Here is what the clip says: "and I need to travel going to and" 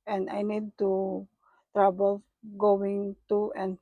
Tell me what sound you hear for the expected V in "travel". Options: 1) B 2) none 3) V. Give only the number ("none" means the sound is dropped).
1